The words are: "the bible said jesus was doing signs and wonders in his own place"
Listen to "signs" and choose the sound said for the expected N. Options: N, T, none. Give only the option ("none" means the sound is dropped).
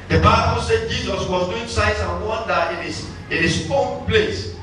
none